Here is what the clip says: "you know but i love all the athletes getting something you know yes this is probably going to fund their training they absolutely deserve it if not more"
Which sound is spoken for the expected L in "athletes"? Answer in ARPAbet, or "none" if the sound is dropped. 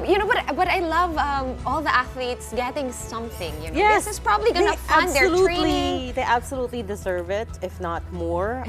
L